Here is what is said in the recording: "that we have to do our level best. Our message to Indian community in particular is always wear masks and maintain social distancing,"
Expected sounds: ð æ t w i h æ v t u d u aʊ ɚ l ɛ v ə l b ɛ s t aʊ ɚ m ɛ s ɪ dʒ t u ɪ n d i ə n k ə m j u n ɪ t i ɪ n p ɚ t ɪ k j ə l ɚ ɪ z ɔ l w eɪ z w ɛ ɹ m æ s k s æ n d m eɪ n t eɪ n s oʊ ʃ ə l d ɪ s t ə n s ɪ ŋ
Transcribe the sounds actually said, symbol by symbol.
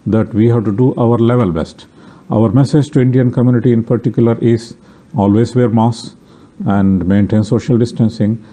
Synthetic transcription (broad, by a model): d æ t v i h æ v t u d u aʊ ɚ l ɛ v ə l b ɛ s t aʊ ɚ m ɛ s ɪ dʒ t u ɪ n d i ə n k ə m j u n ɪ t i ɪ n p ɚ t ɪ k j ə l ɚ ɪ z ɔ l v eɪ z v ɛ ɹ m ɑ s s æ n d m eɪ n t eɪ n s oʊ ʃ ə l d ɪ s t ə n s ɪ ŋ